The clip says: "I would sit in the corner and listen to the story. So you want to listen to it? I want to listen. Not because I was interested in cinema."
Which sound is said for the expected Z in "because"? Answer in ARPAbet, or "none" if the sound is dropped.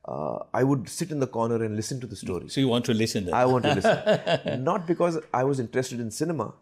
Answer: Z